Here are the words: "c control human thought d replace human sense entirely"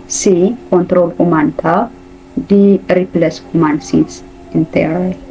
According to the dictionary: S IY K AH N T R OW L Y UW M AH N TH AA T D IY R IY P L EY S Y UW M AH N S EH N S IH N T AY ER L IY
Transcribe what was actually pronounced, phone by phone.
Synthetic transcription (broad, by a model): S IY K AH N T R OW L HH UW M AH N T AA D IY R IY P L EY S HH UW M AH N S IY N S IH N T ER